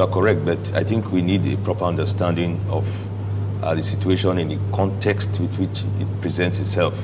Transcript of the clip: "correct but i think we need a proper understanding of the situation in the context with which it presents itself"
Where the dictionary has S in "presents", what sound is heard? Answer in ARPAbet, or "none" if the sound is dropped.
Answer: S